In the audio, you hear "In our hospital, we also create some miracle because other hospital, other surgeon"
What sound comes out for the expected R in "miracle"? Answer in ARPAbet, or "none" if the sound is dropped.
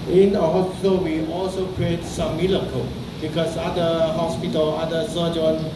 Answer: L